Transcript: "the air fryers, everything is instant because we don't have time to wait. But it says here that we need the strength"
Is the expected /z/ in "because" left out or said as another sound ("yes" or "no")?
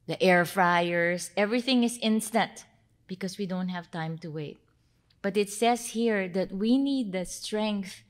yes